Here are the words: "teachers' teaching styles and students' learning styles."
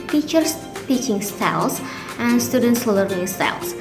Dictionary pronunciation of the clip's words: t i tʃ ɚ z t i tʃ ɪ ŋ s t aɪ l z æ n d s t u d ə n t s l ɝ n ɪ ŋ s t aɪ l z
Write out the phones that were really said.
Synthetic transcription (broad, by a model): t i tʃ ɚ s t i tʃ ɪ ŋ s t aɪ l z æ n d s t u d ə n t s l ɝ ɪ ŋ s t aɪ l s